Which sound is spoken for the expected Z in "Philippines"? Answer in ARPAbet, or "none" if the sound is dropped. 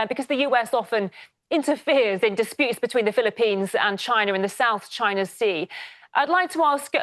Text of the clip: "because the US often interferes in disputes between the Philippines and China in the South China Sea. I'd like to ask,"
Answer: Z